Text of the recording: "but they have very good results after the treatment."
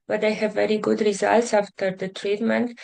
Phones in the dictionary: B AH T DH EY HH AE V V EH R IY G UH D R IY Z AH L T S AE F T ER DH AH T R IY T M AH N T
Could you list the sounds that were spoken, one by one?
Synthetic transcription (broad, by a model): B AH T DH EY HH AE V V EH R IY G UH D R IY Z AH L T S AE F T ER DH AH T R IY T M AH N T